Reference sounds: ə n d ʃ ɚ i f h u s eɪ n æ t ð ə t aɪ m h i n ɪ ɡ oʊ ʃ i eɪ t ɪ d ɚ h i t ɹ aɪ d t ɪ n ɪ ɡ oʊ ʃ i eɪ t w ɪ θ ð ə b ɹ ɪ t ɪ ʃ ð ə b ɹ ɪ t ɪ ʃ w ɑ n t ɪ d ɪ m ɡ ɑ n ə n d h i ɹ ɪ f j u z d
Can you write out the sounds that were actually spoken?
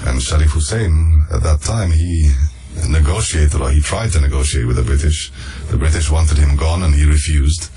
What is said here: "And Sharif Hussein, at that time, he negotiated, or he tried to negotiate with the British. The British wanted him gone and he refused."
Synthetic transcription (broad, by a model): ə n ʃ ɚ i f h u s eɪ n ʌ t ð ə t aɪ m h i n ɪ ɡ oʊ ʃ i eɪ t ɪ d ɚ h i t ɹ aɪ d t ɪ n ɪ ɡ oʊ ʃ i eɪ t w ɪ ð ə b ɹ ɪ t ɪ ʃ ð ə b ɹ ɪ t ɪ ʃ w ɑ n t ɪ d ɪ m ɡ ɑ n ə n i ɹ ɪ f j u z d